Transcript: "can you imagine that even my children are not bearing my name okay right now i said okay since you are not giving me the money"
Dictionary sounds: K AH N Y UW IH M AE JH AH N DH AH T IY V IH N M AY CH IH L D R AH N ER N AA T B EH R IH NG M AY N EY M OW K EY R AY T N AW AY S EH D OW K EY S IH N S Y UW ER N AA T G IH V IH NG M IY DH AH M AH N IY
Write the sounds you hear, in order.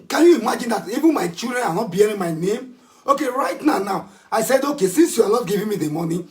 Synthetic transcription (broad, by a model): K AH N Y UW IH M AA JH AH N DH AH T IY V IH N M AY CH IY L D R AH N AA N AA T B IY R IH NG M AY N EY M OW K EY R AY T N AW AY S EH D OW K EY S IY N S Y UW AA L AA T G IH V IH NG M IY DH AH M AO N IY